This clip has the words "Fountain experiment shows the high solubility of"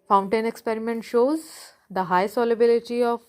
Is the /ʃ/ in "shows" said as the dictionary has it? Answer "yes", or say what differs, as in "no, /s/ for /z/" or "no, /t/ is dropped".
yes